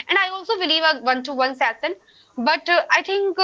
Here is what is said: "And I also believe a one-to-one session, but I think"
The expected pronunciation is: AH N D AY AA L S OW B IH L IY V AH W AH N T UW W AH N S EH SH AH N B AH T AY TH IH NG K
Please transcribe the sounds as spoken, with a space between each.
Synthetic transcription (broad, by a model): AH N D AY AA L S OW B IH L IY V AH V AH N T UW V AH N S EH S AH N B AH T AY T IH NG K